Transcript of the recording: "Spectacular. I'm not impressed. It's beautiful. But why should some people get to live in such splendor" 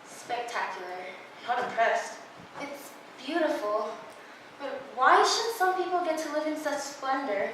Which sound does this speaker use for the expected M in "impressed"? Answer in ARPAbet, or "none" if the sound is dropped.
none